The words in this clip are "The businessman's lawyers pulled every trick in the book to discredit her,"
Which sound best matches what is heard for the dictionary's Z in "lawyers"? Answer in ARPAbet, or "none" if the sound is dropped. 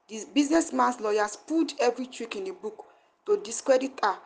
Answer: S